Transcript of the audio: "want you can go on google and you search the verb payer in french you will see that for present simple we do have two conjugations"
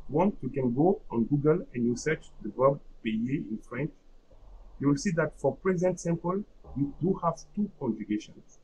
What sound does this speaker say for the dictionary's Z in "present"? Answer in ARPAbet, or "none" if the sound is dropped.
Z